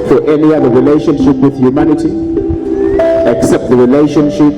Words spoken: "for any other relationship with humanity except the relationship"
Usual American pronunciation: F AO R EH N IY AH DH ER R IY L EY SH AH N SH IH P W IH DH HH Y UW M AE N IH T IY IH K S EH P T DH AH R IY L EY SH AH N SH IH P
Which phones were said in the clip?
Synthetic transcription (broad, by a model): F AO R EH N IY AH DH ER R IY L EY SH AH N SH IH P W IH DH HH Y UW M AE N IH T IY IH K S EH P T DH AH R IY L EY SH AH N SH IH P